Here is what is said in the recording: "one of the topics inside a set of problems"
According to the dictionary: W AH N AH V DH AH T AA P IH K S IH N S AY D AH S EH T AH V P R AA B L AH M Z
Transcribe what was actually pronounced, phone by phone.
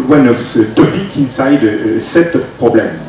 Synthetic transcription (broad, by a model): W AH N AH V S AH T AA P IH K IH N S AY D AH S EH T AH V P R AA B L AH M